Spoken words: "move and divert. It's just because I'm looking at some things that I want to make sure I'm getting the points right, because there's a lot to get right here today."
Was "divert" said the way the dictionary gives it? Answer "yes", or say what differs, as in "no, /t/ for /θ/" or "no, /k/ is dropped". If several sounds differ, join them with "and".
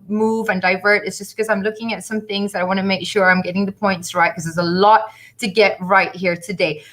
yes